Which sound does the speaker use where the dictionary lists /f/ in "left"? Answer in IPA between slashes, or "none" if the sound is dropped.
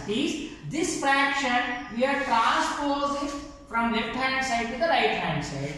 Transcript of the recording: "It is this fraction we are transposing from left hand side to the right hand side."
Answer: /p/